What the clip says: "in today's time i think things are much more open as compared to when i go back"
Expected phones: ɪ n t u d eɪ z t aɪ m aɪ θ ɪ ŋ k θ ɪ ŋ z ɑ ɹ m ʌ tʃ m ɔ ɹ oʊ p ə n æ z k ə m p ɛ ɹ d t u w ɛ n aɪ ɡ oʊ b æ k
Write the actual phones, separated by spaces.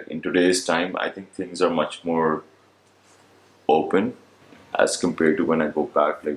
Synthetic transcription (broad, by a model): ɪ n t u d eɪ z t aɪ m aɪ t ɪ ŋ k t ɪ ŋ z ɑ ɹ m ʌ tʃ m ɔ ɹ oʊ p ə n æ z k ə m p ɛ ɹ d t u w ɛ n aɪ ɡ oʊ b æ k